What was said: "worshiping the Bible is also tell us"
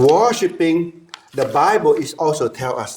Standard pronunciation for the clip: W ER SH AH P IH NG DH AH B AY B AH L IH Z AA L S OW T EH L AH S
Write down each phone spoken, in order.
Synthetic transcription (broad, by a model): W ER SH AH P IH NG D AH B AY B AH L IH S AA L S OW T EH L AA S